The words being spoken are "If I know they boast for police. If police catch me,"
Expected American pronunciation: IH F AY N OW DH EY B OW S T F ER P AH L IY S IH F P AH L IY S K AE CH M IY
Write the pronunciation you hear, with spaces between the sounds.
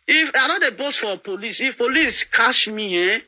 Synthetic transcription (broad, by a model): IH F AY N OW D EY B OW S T F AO P AH L IY S IH F P AH L IY S K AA SH M IY